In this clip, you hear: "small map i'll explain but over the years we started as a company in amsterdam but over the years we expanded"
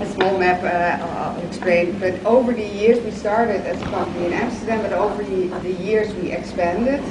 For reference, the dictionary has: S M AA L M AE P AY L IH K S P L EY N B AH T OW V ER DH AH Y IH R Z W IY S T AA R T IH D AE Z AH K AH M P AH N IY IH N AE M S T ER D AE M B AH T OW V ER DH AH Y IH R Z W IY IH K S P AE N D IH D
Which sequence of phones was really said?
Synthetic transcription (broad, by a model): S M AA L M AE P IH K S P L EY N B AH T OW V ER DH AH Y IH R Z W IY S T AA R T IH D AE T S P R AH L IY IH N AE M S T ER D AE M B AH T OW V ER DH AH Y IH R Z W IY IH K S P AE N D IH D